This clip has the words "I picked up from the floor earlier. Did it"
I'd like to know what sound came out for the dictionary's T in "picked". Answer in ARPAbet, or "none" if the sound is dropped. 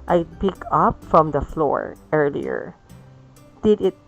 none